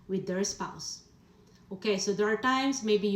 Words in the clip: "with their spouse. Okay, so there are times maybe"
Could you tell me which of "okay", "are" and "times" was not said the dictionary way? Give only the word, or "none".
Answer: times